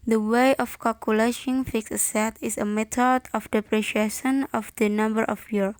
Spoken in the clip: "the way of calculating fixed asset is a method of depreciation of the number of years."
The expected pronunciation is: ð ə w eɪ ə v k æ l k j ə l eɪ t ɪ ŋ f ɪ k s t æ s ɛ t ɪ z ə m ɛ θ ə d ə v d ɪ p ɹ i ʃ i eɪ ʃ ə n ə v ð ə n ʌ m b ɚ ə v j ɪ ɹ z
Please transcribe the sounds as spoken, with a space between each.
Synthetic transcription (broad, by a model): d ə w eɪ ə f k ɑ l k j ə l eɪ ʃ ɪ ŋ f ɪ k s ʌ s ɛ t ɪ s ə m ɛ t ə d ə f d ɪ p ɹ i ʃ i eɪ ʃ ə n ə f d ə n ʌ m b ɚ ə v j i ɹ